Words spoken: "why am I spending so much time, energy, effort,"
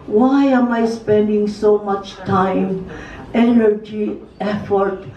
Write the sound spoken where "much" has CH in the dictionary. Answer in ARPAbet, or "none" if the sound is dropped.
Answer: CH